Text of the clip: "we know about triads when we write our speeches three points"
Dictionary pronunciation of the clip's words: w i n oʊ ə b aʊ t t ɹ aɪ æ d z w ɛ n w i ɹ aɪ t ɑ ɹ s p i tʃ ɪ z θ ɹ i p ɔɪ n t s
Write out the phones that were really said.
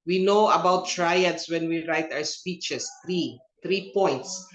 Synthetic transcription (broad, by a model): w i n oʊ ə b aʊ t t ɹ aɪ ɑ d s w ɛ n w i ɹ aɪ t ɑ w s p i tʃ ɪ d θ ɹ i p ɔɪ n t s